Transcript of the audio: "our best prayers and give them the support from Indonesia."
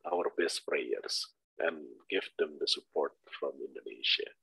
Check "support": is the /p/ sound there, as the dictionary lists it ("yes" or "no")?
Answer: yes